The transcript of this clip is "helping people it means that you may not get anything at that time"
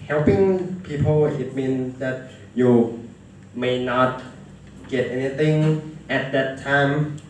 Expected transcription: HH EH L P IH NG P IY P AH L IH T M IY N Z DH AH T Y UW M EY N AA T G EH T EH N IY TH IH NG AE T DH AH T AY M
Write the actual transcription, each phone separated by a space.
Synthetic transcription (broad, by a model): HH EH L P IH NG P IY P AH L IH T M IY N S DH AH T Y UW M EY N AA T G EH T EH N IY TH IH NG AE T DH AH T AY M